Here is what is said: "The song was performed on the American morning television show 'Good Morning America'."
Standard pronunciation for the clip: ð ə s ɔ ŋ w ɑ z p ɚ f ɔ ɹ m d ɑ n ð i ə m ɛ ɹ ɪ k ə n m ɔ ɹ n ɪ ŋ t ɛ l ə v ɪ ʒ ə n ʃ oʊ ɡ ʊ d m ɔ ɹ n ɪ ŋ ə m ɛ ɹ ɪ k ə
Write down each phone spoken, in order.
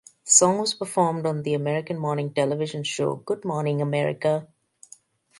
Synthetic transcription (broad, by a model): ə s ɔ ŋ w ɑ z p ɚ f ɔ ɹ m d ɑ n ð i ə m ɛ ɹ ɪ k ə n m ɔ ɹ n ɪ ŋ t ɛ l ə v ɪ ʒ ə n ʃ oʊ ɡ ʊ d m ɔ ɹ n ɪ ŋ ə m ɛ ɹ ɪ k ə